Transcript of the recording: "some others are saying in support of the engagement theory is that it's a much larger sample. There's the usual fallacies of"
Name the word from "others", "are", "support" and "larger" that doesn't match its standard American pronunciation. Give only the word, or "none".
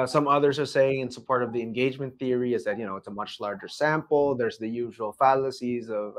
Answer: none